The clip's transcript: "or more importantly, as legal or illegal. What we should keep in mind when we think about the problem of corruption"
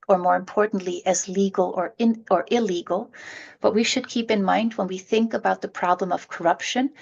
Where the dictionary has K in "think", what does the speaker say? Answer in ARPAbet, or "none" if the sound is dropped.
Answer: K